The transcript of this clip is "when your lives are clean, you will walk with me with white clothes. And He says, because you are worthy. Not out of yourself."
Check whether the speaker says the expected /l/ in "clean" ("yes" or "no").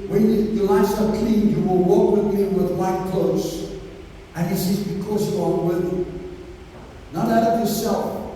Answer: no